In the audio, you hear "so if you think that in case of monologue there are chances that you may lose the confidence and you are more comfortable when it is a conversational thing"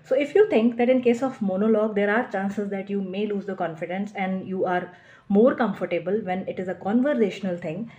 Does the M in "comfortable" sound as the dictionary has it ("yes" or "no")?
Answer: yes